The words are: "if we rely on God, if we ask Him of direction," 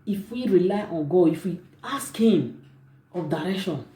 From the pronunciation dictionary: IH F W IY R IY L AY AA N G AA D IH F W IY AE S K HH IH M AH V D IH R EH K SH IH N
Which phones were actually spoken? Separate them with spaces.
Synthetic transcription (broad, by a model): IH F W IY R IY L AY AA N G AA IH F W IY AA S K HH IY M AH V D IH R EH K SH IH N